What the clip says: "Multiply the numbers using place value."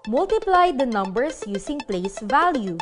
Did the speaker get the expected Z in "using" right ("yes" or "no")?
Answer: no